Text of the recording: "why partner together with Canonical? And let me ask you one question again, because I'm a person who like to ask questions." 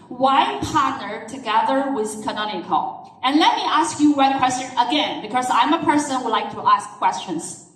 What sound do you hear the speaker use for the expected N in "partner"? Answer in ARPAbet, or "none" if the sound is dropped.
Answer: N